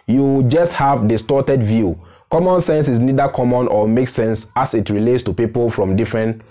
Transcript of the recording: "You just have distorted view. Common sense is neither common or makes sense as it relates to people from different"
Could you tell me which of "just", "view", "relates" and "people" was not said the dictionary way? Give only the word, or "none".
none